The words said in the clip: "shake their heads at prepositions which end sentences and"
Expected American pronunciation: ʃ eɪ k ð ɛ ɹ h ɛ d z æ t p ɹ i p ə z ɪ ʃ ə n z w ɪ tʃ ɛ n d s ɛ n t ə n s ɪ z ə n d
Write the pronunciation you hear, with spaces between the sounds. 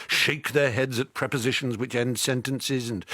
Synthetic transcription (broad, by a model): ʃ eɪ k ð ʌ ɹ h ɛ d z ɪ t p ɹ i p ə z ɪ ʃ n z w ɪ tʃ ɛ n d s ɛ n t ə n s ɪ z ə n